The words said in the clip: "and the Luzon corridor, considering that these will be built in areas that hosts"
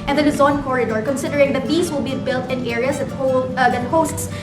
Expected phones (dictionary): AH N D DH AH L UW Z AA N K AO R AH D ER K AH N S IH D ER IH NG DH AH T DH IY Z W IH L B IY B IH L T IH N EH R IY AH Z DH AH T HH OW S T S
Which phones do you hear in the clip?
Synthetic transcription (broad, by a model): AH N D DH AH N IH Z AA N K AO R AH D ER K AH N S IH D ER IH NG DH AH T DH IY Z W IH L B IY B IH L T IH N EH R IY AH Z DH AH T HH OW S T S